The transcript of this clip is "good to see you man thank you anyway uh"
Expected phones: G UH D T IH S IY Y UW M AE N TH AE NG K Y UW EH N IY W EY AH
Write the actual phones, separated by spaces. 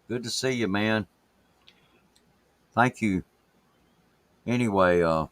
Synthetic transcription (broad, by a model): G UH D T IH S IY Y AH M AE N TH AE NG K Y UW EH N IY W EY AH